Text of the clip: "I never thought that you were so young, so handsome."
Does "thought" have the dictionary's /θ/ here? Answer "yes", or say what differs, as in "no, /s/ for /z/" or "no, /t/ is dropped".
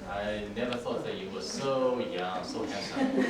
yes